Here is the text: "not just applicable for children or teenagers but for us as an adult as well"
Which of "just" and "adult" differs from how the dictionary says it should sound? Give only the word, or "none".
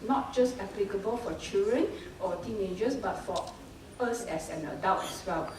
adult